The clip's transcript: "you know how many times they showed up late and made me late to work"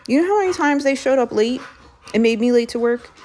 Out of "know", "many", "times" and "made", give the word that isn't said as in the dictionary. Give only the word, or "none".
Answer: none